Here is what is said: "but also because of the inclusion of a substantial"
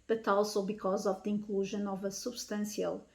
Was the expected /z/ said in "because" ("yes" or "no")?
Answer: yes